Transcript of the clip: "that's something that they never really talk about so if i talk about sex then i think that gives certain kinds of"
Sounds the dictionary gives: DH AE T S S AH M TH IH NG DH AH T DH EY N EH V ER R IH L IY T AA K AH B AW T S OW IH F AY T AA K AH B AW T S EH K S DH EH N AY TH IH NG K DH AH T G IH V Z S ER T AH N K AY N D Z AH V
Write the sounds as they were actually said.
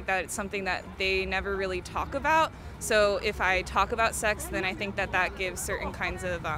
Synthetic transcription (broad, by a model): DH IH T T S AH M TH IH NG DH AH T DH EY N EH V ER R IH L IY T AA K AH B AW T S OW IH F AY T AA K AH B AW T S EH K S DH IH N AY TH IH NG K DH AH T G IH V Z S ER T N K AY N D Z AH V